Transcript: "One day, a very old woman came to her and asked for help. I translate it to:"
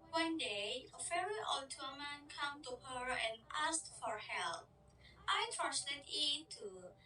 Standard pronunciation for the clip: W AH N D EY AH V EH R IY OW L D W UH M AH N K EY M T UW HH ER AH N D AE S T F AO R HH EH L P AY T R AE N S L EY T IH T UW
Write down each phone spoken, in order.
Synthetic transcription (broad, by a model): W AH N D EY AH F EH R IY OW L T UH M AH N K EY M T UW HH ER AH N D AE S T F AO R HH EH L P AY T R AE N S L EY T IH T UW